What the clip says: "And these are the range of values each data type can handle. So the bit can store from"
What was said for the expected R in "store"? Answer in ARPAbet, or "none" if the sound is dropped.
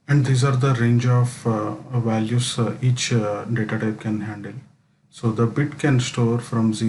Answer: R